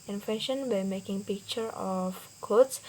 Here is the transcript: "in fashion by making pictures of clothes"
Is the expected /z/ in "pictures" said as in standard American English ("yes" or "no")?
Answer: no